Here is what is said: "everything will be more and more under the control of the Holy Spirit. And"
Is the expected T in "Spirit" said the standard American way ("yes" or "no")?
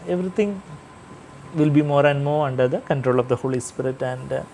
yes